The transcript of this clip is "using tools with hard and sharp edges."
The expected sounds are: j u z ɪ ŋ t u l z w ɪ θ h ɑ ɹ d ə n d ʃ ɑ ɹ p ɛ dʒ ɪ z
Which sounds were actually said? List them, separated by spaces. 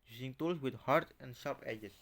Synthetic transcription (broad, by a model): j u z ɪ ŋ t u l s w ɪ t h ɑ ɹ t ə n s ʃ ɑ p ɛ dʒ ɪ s